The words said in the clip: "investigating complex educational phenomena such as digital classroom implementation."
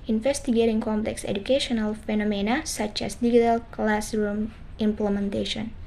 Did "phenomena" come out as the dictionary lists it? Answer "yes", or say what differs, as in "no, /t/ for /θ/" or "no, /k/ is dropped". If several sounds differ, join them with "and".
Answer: yes